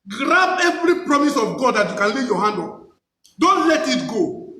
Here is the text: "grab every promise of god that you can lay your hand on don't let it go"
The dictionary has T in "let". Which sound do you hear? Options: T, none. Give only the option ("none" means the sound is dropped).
T